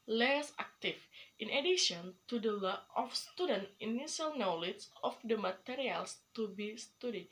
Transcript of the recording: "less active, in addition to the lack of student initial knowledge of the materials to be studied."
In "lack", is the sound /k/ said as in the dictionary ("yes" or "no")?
no